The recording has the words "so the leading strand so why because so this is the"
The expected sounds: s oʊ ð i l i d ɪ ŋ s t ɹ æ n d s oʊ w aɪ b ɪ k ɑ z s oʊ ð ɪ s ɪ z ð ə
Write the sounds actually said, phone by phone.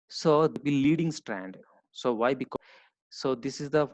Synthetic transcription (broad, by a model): s oʊ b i l i d ɪ ŋ s t ɹ æ n d s oʊ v aɪ b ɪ k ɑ s oʊ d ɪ s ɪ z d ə